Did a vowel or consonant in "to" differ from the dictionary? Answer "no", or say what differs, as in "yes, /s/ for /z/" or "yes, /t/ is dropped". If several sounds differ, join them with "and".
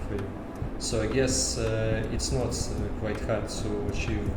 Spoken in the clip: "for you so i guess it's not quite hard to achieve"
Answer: yes, /s/ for /t/